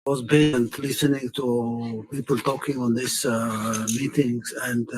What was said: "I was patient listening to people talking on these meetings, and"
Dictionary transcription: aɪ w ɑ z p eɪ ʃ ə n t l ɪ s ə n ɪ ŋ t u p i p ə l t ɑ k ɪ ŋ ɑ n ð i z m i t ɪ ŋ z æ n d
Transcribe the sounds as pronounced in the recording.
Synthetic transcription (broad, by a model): w ɑ z b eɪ ə n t l ɪ s ə n ɪ ŋ t u p i p ə l t ɑ k ɪ ŋ ɑ n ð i s m i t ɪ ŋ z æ n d